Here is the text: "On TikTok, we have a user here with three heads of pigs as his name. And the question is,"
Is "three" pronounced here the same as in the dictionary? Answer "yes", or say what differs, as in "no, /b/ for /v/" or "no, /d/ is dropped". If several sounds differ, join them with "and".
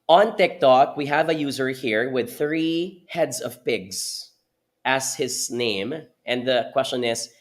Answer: yes